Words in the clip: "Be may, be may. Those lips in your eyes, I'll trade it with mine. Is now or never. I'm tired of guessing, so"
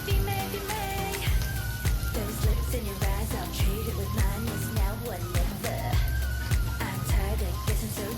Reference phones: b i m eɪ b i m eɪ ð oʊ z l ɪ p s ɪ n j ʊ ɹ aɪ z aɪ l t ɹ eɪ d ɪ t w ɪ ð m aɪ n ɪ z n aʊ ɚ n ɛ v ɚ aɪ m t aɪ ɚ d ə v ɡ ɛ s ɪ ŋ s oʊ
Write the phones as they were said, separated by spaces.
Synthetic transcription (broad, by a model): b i m eɪ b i m eɪ ð oʊ z l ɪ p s ɪ n j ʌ ɹ aɪ z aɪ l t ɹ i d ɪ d w ɪ ð m aɪ n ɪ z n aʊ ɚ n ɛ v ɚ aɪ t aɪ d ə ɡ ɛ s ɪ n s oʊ